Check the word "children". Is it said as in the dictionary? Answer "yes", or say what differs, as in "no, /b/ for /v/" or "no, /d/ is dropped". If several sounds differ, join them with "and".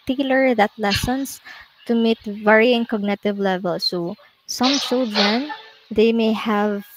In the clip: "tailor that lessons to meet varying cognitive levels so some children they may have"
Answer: no, /s/ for /tʃ/ and /ɹ/ is dropped